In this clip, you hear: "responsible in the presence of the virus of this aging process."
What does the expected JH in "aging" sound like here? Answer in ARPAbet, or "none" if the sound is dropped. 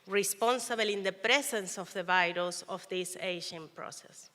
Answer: SH